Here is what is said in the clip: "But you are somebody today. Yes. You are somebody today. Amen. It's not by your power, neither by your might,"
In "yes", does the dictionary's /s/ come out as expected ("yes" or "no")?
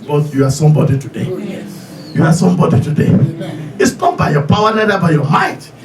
no